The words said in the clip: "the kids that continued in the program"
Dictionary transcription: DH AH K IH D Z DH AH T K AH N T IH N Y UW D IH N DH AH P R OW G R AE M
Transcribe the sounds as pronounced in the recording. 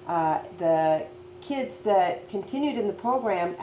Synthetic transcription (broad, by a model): DH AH K IH D Z DH AH T K AH N T IH N Y UW D IH N DH AH P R OW G R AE M